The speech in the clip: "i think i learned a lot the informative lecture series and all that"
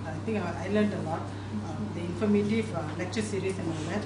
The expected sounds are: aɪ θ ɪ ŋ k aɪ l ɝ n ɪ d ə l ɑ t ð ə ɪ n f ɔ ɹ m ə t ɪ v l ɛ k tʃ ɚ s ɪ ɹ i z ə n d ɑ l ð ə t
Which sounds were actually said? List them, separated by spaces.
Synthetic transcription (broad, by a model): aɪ t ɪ ŋ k aɪ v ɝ l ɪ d ə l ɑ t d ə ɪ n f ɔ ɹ m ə t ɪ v l ɛ k tʃ ɚ s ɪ ɹ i s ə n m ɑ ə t